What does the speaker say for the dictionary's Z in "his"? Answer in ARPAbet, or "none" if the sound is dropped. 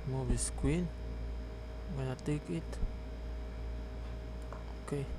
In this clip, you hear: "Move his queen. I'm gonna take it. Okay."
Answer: S